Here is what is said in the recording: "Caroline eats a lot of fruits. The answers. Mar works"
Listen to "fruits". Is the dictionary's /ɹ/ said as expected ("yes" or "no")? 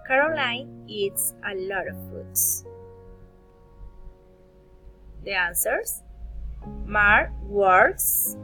no